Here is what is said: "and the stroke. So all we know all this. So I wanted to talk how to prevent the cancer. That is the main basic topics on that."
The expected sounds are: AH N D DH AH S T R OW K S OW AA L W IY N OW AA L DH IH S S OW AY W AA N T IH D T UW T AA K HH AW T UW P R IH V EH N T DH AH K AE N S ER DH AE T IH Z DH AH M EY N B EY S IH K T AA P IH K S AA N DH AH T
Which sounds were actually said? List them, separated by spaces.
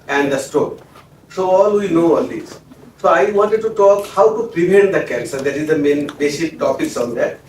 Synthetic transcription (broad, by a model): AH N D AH S T OW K S OW AA L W IY N OW AA L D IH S S OW AY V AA N T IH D T UW T AA K HH AW T UW P R IH V EH N T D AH K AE N S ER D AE T IH Z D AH M EY N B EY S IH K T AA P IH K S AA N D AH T